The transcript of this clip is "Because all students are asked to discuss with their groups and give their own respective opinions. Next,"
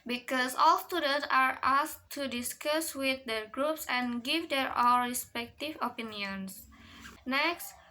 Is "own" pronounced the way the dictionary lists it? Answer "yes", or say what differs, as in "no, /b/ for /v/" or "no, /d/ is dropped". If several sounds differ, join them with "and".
no, /l/ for /n/